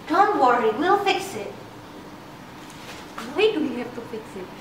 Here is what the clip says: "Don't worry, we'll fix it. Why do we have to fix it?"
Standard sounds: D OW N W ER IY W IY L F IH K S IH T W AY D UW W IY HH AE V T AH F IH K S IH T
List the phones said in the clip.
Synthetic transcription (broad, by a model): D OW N W ER IY W IY L F IH K S IH T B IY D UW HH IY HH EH P T AH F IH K S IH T